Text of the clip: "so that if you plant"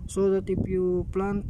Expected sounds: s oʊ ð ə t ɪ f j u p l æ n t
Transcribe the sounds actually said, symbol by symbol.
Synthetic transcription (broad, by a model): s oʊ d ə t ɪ p j u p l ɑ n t